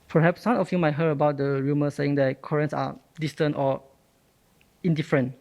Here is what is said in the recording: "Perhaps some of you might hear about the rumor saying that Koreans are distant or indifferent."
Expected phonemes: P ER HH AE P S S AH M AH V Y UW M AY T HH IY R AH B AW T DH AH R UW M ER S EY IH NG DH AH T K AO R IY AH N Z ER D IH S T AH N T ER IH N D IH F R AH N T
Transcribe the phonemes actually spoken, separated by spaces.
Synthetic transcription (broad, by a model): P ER HH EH P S S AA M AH F Y UW M AY T HH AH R AH B AW T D AH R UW M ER S EY IH NG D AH T K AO R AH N S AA D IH S T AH N T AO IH N D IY F R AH N T